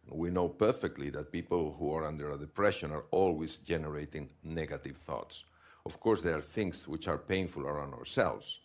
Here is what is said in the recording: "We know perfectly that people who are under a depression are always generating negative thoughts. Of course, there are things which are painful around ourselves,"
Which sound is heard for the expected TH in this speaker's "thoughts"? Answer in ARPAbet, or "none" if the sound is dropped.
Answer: TH